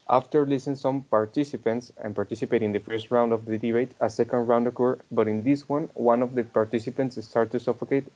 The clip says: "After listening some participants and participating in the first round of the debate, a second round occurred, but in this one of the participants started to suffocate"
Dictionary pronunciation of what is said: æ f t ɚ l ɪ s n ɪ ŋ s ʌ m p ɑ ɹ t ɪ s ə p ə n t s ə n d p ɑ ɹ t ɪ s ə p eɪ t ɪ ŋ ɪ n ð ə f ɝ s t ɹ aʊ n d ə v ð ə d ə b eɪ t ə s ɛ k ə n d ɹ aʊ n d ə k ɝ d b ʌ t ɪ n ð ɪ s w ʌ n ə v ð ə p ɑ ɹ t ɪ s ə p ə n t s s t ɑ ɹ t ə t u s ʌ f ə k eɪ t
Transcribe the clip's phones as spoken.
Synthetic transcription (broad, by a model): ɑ f t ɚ l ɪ s ɪ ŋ s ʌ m p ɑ ɹ t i s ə p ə n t s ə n p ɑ ɹ t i s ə p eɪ t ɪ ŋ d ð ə f ɝ s t ɹ aʊ n d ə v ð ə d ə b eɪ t ə s ɛ k ə n d ɹ aʊ n d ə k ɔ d b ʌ t ɪ n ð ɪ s w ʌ n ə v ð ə p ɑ ɹ t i s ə p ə n t s s t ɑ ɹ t t u s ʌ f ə k eɪ t